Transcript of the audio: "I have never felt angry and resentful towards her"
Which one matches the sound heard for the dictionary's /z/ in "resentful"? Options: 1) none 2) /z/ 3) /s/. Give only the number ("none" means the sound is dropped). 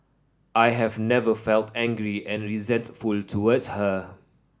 2